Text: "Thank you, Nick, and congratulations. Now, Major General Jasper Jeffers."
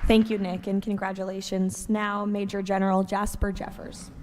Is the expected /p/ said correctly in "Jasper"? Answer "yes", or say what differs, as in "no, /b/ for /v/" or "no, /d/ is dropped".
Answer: yes